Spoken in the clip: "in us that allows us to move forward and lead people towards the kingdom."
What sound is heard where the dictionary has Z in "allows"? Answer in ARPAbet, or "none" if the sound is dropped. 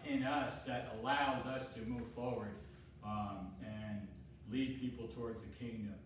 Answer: Z